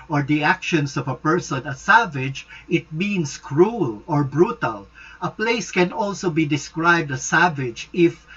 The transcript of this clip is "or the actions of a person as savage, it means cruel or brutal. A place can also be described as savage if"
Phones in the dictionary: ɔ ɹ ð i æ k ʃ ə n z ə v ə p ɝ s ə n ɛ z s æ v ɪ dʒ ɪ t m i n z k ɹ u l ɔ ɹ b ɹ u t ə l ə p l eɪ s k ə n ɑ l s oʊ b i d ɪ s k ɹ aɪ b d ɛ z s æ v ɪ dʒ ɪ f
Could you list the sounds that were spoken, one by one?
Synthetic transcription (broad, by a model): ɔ ɹ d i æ k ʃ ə n s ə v ə p ɝ s ə n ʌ s æ v ɪ dʒ ɪ t m i n s k ɹ u l ɔ ɹ b ɹ u t ə l ə p l eɪ s k ə n ɑ l s oʊ b i d ɪ s k ɹ aɪ b d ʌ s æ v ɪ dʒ ɪ f